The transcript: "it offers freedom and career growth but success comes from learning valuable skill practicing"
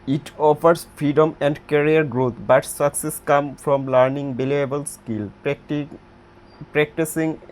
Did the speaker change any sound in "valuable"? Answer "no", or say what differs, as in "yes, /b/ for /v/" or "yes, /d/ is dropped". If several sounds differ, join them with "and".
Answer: yes, /b/ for /v/